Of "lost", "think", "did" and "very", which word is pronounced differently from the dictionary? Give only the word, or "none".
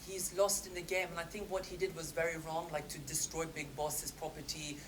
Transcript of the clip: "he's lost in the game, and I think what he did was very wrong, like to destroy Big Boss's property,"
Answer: none